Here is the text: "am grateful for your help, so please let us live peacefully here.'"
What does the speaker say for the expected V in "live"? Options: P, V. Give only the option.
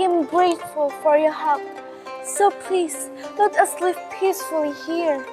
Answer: P